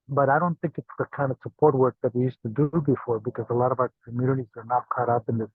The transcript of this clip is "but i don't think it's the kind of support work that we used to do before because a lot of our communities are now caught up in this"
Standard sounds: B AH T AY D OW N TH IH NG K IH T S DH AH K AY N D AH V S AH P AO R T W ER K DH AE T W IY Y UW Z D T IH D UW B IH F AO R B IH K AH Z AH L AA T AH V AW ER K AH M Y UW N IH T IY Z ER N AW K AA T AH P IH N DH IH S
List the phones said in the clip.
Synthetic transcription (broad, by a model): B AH T AY D OW N TH IH NG K IH T S DH AH K AY N D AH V S AH P AO R T W ER K DH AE T W IY Y UW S T IH D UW B IH F AO R B IH K AH Z AH L AA T AH V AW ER K AH M Y UW N IH T IY Z ER N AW K AA T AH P IH N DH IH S